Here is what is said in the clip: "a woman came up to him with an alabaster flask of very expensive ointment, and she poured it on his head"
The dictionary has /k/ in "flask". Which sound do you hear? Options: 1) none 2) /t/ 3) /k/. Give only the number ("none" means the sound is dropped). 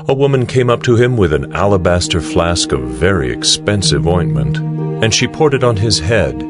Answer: 3